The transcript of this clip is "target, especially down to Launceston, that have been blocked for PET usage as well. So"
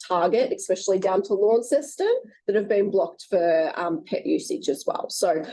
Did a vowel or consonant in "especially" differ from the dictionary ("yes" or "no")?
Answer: no